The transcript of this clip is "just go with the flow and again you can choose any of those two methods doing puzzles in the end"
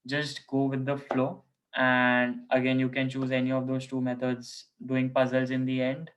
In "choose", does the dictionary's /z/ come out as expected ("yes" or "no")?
yes